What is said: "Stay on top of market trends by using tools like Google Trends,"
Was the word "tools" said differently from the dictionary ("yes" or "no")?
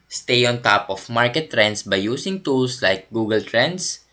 yes